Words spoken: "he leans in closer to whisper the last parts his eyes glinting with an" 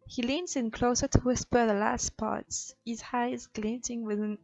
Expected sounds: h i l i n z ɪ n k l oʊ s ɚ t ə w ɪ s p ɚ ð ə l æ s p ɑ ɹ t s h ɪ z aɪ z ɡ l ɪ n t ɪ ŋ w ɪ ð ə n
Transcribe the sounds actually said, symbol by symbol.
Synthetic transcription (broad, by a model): h i l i n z ɪ n k l oʊ s ɚ t ə w ɪ s p ɚ ð ə l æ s p ɑ ɹ t s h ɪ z aɪ z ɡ l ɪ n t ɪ ŋ w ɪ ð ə n